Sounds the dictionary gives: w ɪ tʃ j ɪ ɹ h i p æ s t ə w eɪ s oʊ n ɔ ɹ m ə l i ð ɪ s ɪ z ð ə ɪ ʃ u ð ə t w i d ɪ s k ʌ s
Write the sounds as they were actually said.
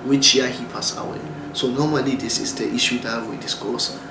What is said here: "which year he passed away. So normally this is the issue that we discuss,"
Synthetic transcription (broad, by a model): w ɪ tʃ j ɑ h i p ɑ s ə w eɪ s oʊ n ɔ m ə l i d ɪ s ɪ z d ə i ʃ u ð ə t w i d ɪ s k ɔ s